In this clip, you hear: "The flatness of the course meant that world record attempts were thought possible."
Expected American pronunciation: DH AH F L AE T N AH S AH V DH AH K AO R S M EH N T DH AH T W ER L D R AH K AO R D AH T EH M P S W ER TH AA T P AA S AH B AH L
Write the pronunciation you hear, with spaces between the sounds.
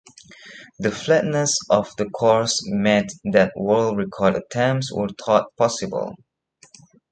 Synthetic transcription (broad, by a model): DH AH F L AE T N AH S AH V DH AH K AO R S M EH T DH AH T W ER L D R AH K AO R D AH T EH M S W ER T AA T P AA S AH B AH L